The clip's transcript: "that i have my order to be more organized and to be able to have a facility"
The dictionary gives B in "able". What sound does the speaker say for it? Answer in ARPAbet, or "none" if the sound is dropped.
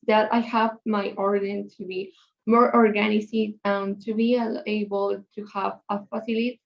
B